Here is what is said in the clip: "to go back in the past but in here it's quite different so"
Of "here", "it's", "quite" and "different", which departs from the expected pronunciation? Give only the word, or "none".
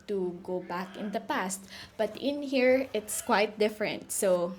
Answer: none